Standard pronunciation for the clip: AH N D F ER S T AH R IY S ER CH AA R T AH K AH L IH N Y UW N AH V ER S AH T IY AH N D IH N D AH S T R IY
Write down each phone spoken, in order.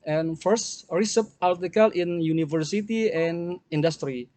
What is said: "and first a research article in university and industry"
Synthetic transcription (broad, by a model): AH N F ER S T R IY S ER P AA L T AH K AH L IH N Y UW N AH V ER S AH T IY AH N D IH N D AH S T R IY